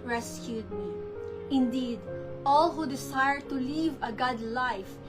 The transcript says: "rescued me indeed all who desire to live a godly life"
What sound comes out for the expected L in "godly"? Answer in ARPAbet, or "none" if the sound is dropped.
L